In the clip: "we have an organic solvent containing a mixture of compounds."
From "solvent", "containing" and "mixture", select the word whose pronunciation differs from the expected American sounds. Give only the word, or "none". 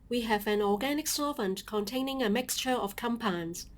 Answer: solvent